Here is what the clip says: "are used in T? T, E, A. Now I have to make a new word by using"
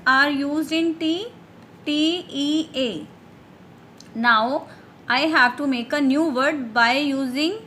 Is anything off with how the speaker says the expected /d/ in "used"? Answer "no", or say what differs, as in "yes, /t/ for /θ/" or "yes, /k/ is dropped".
yes, /d/ is dropped